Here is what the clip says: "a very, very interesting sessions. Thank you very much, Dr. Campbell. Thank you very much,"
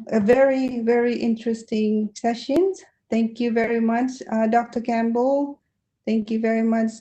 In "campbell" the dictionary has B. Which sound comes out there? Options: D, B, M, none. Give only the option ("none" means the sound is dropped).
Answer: B